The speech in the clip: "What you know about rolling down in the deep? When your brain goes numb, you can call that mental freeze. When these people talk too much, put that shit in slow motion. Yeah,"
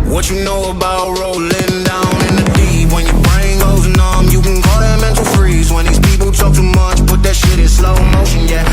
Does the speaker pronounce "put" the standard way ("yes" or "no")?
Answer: no